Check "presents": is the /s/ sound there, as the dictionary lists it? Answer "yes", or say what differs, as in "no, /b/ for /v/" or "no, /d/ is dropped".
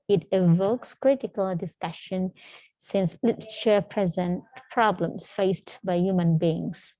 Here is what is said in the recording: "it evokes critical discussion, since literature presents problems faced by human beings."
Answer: no, /s/ is dropped